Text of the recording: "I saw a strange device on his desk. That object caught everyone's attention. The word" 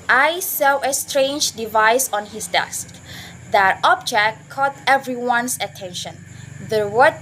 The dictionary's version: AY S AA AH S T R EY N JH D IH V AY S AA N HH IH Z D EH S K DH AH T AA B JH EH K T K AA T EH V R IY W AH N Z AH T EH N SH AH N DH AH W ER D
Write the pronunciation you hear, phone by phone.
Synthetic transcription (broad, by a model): AY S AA AH S T R EY N JH D IH V AY S AA N HH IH S D EH S K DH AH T AA B JH EH K T K AA T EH V R IY W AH N S AH T EH N SH AH N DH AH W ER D